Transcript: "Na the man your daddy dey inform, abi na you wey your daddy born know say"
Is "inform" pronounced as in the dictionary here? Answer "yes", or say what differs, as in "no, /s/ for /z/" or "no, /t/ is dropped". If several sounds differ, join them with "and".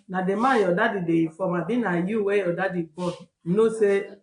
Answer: no, /n/ is dropped